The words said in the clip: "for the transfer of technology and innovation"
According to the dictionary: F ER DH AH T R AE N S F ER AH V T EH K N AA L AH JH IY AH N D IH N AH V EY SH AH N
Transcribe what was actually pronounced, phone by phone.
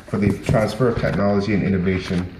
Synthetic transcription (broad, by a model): F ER DH AH T R AE N S F ER AH V T EH K N AA L AH JH IY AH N IH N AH V EY SH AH N